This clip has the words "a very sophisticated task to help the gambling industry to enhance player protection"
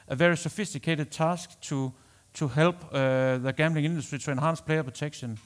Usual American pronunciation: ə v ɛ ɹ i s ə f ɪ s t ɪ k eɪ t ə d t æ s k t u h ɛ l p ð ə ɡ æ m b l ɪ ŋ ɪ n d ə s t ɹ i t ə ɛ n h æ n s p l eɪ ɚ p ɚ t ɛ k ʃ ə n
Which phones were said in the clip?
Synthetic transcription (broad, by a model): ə v ɛ ɹ i s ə f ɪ s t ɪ k eɪ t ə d s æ s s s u h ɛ l b ð ə ɡ æ m b l ɪ ŋ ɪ n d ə s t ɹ i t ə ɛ n h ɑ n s p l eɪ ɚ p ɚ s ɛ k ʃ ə n